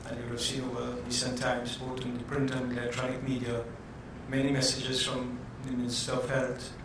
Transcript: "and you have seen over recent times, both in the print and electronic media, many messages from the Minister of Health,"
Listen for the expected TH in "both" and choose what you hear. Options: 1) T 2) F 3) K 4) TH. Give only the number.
1